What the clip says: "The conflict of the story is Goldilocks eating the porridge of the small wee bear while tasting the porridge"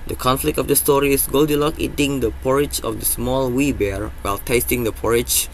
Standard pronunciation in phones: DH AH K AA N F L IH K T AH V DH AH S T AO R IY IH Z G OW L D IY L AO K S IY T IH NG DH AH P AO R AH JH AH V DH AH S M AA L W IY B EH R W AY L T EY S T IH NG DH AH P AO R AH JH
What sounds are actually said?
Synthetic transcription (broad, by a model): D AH K AA N F L IH K T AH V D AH S T AO R IY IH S G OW L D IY L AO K IY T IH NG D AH P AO R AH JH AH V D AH S M AA L W IY B EH R W AY L T EY S T IH NG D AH P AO R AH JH